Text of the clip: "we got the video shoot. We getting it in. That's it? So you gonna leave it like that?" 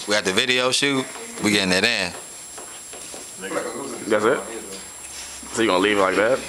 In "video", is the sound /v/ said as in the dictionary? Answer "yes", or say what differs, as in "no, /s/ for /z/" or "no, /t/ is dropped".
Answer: yes